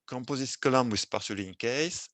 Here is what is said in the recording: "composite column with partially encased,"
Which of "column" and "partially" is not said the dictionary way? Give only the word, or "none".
partially